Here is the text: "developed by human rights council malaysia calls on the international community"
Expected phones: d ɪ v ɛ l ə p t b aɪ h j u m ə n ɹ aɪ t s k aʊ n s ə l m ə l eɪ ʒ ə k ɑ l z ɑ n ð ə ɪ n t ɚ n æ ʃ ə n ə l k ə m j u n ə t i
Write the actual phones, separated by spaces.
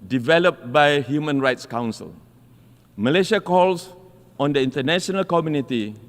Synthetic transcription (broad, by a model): d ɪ v ɛ l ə p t b aɪ h j u m ə n ɹ aɪ t s k aʊ n s ə l m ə l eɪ ʃ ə k ɑ l s ɑ n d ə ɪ n t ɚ n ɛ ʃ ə n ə l k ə m j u n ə t i